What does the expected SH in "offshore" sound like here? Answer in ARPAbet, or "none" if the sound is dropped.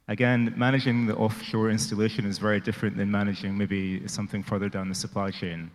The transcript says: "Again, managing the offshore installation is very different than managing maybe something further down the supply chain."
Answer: SH